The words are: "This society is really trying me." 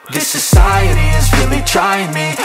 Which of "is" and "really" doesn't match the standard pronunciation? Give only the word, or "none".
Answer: none